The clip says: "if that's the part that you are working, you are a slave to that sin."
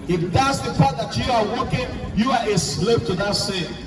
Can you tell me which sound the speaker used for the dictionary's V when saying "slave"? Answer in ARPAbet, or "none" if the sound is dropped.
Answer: P